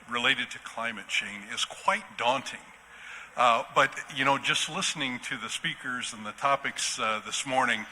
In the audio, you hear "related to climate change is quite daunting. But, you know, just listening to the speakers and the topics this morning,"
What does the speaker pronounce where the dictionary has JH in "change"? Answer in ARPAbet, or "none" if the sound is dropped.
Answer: none